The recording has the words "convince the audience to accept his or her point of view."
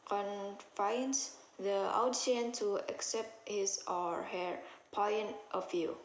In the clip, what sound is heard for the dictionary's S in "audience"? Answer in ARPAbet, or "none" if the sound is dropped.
none